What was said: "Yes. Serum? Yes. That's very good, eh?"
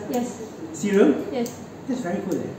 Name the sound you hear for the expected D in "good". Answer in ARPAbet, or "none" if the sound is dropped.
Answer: none